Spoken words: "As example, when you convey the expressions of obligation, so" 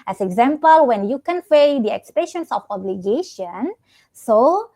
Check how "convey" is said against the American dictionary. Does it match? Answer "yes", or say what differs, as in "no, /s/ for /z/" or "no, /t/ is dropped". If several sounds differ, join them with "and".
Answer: no, /f/ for /v/